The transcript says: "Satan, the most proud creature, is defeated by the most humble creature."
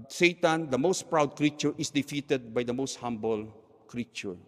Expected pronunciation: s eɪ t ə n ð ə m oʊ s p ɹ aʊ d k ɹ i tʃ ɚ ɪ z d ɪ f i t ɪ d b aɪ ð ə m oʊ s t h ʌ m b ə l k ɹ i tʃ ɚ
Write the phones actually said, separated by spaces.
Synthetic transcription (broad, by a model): s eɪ t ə n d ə m oʊ s p ɹ aʊ d k ɹ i tʃ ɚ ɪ s d ɪ f i t ɪ d b aɪ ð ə m oʊ s t h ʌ m b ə l k ɹ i tʃ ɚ